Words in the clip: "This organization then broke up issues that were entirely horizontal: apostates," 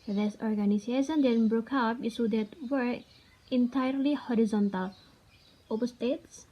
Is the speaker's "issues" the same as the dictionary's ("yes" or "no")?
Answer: no